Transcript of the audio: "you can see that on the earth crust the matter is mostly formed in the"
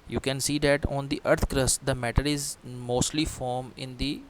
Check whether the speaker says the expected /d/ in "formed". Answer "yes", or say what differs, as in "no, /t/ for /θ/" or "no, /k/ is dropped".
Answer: no, /d/ is dropped